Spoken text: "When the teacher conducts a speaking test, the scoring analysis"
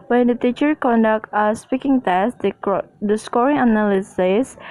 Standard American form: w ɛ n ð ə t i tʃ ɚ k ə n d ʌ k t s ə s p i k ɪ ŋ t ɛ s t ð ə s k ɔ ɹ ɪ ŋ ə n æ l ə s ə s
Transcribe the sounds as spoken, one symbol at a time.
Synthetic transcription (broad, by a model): w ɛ n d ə t i tʃ ɚ k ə n d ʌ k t ə s p i k ɪ ŋ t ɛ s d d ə s k ɔ ɹ ɪ ŋ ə n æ l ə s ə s